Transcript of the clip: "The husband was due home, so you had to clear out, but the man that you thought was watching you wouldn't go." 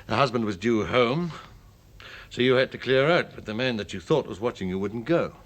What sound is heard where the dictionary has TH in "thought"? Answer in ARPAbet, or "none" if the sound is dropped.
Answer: TH